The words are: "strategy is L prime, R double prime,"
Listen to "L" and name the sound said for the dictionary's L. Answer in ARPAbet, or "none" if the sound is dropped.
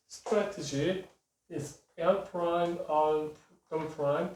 N